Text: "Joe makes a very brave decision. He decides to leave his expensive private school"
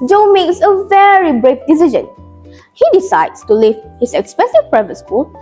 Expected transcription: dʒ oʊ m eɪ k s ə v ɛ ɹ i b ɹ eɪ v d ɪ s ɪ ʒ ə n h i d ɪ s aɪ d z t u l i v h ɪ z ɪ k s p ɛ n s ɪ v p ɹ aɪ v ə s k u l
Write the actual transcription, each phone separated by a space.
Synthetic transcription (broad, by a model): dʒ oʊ m eɪ k s ə v ɛ ɹ i b ɹ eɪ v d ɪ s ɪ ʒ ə n h i d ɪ s aɪ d s t u l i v h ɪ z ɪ k s p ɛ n s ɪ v p ɹ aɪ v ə s k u l